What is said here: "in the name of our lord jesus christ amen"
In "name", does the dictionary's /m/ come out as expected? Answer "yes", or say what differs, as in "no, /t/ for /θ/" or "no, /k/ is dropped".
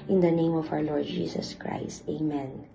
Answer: yes